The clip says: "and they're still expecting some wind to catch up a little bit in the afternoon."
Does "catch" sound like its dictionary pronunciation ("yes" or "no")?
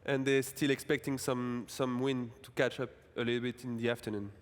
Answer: yes